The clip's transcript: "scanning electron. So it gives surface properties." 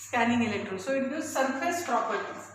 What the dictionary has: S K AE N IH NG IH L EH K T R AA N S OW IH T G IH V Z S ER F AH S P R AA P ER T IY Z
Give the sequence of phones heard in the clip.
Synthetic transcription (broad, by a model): S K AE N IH NG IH L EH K T R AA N S OW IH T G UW Z S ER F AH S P R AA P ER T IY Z